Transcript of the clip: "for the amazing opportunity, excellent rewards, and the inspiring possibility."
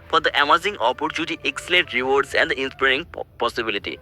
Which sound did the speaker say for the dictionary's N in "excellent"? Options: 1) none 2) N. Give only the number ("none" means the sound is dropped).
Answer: 1